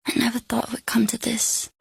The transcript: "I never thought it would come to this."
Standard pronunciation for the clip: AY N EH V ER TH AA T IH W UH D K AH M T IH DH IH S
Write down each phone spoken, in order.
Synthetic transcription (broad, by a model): AY N EH V ER TH AA T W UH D K AH M T IH DH IH S